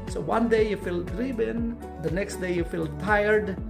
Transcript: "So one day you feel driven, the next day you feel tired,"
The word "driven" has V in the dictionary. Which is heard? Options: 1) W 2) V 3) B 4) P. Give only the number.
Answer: 3